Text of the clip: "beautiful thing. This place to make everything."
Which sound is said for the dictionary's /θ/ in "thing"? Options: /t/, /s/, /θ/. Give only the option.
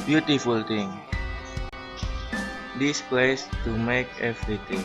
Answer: /t/